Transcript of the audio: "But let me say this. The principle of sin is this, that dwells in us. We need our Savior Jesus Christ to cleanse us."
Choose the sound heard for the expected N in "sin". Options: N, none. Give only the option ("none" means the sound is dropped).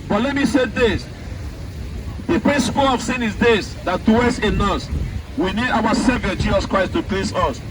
N